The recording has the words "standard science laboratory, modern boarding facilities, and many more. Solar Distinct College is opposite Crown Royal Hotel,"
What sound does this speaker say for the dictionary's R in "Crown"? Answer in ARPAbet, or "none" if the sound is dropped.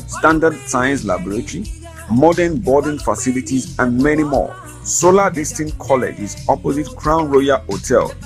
R